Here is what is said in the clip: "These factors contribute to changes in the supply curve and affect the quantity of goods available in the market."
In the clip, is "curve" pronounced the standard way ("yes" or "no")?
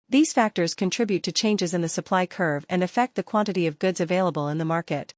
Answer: yes